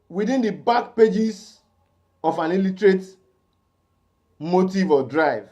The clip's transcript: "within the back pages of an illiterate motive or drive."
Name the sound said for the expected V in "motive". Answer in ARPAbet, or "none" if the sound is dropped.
V